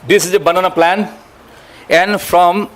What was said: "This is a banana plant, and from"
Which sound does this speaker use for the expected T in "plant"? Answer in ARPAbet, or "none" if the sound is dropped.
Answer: none